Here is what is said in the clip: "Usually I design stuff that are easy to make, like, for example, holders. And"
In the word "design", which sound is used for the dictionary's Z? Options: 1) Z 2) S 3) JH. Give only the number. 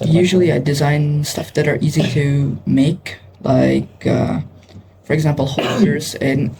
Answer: 1